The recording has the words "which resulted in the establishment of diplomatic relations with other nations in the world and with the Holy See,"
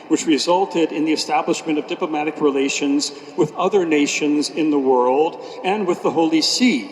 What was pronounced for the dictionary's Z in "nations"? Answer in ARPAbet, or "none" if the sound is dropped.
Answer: Z